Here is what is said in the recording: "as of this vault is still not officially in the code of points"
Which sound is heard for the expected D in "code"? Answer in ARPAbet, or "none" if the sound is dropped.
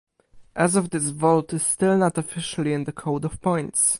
D